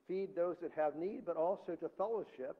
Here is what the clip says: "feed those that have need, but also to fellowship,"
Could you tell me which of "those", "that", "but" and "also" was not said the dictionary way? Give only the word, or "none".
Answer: none